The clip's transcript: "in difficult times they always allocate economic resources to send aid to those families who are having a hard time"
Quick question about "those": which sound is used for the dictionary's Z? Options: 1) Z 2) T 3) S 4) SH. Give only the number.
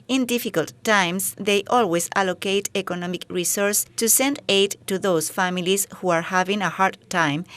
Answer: 3